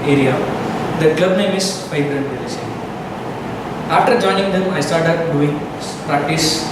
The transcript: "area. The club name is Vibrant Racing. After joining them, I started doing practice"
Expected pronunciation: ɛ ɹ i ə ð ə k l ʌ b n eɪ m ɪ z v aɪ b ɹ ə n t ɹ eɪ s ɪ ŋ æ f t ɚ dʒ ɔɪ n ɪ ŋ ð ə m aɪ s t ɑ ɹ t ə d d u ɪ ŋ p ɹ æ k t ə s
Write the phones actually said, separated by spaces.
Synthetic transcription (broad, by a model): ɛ ɹ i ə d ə k l ʌ b n eɪ m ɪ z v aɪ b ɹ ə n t l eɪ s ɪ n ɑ f t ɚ dʒ ɔɪ n ɪ ŋ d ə m aɪ s t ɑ ɹ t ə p d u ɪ ŋ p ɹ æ k t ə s